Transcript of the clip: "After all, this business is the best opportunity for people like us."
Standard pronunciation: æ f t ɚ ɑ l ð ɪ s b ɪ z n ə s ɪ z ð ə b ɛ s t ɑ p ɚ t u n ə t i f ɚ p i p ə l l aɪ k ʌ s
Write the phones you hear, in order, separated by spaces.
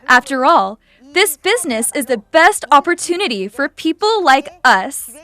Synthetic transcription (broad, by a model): æ f t ɚ ɑ l ð ɪ s b ɪ z n ə s ɪ z ð ə b ɛ s t ɑ p ɚ t u n ə t i f ɚ p i p l l aɪ k ʌ s